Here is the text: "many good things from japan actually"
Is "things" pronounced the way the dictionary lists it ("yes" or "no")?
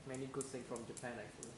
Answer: no